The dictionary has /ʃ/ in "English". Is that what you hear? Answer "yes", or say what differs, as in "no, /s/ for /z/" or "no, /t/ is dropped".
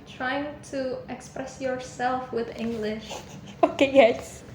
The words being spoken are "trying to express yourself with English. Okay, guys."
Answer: yes